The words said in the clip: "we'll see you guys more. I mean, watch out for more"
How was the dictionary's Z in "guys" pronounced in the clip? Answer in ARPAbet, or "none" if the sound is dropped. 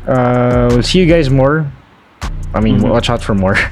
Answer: Z